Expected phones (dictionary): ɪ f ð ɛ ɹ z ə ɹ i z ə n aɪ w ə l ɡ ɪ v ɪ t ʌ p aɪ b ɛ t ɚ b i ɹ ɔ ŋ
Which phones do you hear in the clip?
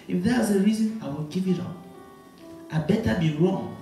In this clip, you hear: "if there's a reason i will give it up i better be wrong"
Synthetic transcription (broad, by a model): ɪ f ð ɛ w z ə ɹ i z ə n aɪ w ə l ɡ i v ɪ t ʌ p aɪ b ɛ t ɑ b i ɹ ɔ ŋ